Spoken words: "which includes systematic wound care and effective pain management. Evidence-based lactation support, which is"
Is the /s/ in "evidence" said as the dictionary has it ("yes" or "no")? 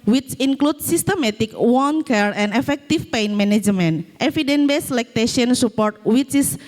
no